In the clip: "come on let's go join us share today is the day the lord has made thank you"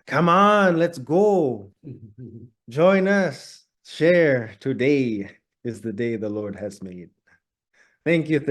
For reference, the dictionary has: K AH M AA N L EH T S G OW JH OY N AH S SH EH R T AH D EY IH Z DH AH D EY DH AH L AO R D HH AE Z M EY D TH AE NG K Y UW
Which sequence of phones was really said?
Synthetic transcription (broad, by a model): K AH M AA N L EH T S G OW JH OY N AH S SH EH R T AH D EY IH Z DH AH D EY DH AH L AO R D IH Z M EY D TH AE NG K Y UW